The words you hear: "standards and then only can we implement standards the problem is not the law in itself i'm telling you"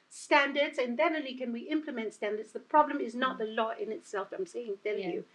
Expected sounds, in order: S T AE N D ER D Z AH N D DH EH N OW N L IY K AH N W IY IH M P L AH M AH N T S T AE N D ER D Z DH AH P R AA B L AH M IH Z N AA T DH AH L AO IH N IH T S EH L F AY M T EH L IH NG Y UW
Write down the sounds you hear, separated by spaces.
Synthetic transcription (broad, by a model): S T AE N D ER D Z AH N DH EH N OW L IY K AH N W IY IH M P L AH M AH N T S T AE N D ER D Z DH AH P R AA B L AH M IH Z N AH T DH AH L AO IH N IH T S EH L F AY M S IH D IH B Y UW